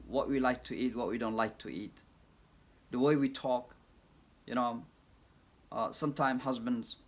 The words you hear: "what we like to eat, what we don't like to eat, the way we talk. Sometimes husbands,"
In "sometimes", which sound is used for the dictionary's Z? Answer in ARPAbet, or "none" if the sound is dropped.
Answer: none